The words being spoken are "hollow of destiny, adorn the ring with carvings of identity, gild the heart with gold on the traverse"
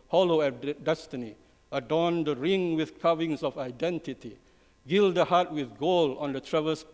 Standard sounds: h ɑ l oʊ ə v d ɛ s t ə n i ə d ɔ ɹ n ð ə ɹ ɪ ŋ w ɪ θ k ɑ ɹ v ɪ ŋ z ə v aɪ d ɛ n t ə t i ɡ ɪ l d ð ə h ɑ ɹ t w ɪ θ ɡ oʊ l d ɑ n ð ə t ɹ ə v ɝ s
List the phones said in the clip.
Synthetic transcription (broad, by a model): h ɑ l oʊ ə d ɛ s t ə n i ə d ɔ n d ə ɹ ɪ ŋ w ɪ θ k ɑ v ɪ ŋ s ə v aɪ d ɛ n t ə t i ɡ ɪ l d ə h ɑ t w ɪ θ ɡ oʊ l ɑ n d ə t ɹ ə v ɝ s